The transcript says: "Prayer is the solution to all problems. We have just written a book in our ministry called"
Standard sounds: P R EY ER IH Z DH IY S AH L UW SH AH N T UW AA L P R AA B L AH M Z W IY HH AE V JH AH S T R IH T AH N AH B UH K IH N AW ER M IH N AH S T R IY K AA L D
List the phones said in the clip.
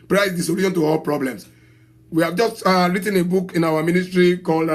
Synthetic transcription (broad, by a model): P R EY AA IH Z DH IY S AH L UW SH AH N T UW AA L P R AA B L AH M S W IY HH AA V JH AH S T R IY T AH N AH B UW K IH N AW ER M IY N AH S T R IY K AA L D